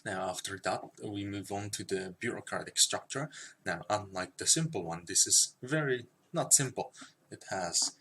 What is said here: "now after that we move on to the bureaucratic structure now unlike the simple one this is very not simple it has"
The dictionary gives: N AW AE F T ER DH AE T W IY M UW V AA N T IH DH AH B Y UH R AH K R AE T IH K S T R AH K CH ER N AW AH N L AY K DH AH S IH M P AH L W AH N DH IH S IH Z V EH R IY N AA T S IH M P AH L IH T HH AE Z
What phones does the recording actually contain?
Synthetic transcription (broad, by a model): N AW AE F T ER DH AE T W IY M UW V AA N T IH DH AH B Y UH R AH K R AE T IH K S T R AH K CH ER N AW AH N L AY K DH AH S IH M P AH L W AH N DH IH S IH Z V EH R IY N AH T S IH M P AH L IH T HH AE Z